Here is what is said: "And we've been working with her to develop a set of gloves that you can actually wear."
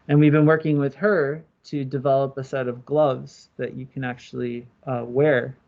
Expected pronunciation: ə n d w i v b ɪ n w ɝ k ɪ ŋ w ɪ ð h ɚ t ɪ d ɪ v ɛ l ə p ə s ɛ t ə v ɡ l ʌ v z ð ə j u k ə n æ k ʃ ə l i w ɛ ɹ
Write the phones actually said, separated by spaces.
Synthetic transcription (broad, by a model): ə n w i v b ɪ n w ɝ k ɪ ŋ w ɪ ð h ɚ t ɪ d ɪ v ɛ l ə p ə s ɛ t ə v ɡ l ʌ v z ð ə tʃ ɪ k ə n æ k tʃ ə l i w ɛ ɹ